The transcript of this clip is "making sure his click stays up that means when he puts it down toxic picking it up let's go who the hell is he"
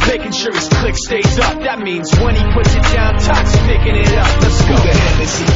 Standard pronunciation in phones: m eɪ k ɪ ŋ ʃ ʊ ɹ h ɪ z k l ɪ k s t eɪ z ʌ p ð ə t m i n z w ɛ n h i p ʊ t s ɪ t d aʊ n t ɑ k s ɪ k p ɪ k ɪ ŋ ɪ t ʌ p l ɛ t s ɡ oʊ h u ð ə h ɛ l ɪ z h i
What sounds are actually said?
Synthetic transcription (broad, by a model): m eɪ k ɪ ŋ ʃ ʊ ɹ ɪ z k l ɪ k s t eɪ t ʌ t ð ə t m i n z w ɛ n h i p ʊ t s ɪ t d aʊ n t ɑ k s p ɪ k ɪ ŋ ɪ t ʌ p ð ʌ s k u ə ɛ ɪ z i